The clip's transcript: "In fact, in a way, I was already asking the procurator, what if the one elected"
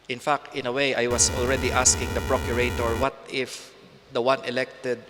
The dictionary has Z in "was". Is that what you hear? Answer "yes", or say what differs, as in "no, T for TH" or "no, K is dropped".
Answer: no, S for Z